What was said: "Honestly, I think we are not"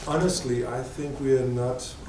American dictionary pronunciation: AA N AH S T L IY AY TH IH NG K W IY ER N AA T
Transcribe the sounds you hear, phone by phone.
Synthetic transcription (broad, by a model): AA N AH S T L IY AY TH IH NG K W IY ER N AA T